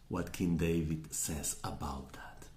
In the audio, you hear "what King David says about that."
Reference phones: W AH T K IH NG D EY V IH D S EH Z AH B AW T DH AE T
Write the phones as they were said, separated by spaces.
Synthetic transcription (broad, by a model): W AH T K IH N D EY V IH D S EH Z AH B AW T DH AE T